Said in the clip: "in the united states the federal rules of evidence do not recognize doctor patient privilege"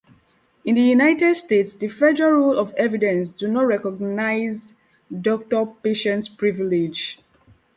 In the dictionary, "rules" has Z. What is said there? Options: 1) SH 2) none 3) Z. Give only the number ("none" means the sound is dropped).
2